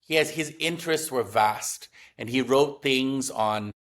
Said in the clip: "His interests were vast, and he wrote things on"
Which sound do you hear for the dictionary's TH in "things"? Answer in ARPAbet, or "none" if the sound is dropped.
TH